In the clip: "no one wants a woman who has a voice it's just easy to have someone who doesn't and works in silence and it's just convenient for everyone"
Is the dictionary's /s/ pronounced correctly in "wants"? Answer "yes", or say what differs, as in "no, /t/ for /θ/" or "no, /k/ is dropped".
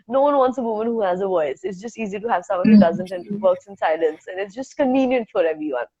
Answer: yes